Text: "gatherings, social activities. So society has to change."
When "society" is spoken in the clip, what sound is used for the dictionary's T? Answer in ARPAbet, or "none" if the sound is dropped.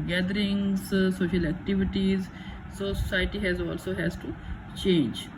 S